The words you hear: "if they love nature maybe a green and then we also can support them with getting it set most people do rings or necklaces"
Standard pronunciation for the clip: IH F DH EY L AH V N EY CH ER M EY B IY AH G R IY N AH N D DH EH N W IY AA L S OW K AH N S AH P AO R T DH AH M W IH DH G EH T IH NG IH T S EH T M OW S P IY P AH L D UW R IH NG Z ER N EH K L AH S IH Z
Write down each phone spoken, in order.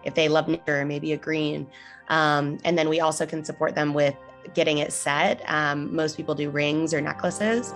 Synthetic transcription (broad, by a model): IH F DH EY L AH V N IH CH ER M EY B IY AH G R IY N AH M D DH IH N W IY AA L S OW K AH N S AH P AO R T DH AH M W IH DH G EH T IH NG IH T S EH T M OW S P IY P L D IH R IH NG Z ER N EH K L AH S IH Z